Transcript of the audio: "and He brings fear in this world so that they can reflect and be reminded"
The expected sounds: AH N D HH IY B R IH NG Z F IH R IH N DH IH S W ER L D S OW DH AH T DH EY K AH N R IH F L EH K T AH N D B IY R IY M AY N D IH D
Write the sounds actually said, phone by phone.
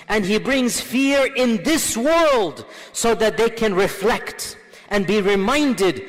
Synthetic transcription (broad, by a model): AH N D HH IY B R IH NG Z F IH R IH N DH IH S W ER L D S OW DH AH T DH EY K AH N R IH F L EH K T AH N B IY R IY M AY N D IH D